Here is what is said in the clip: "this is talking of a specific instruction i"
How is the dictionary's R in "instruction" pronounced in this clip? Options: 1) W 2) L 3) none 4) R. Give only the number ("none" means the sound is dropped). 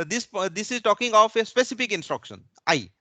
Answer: 4